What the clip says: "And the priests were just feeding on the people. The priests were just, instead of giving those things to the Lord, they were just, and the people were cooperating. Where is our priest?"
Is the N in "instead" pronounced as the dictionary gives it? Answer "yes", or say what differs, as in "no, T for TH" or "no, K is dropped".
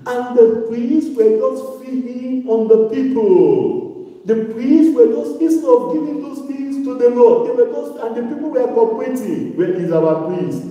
no, N is dropped